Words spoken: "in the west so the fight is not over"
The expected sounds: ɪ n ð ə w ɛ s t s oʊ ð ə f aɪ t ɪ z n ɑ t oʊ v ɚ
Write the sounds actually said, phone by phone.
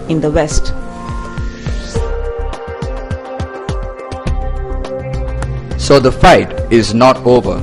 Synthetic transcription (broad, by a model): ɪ n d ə w ɛ s t s oʊ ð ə f aɪ t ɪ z n ɑ t oʊ v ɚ